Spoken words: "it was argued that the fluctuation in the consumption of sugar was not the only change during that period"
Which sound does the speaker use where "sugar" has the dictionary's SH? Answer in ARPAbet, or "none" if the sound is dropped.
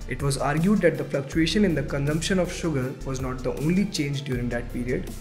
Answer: SH